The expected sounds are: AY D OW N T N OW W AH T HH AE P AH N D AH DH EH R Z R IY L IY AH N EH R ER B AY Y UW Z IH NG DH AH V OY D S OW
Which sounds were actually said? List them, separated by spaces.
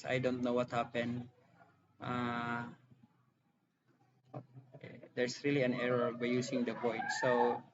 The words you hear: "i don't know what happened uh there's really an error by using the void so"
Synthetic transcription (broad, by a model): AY D OW N T N OW W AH T HH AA P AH N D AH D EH R S R IY L IY AH N EH R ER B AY Y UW S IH NG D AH P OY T S OW